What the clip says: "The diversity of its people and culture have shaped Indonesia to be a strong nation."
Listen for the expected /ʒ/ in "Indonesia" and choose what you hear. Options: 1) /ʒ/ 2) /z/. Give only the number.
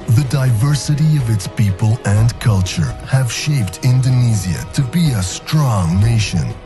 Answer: 2